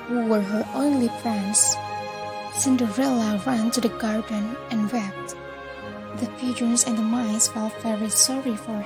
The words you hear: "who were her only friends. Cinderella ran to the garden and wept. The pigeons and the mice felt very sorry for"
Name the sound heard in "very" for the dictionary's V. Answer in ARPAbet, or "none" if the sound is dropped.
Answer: F